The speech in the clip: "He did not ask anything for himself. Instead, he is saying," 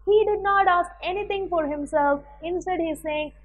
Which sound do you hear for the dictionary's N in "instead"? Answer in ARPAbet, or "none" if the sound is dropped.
N